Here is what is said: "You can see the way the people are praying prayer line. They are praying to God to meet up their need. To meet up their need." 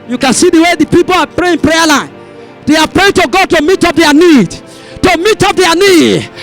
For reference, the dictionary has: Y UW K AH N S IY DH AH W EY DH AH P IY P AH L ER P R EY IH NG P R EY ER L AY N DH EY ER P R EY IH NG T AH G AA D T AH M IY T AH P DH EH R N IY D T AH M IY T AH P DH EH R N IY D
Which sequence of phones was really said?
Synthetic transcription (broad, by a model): Y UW K AH N S IY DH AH W EY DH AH P IY P AH L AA P R EY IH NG P R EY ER L AY N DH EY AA P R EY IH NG T AH G AA D T AH M IY T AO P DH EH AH N IY D T AH M IY T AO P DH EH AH N IY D